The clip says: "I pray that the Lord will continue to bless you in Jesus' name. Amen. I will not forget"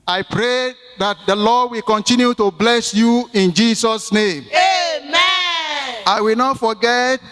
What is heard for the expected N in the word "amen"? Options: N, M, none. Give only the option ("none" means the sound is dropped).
none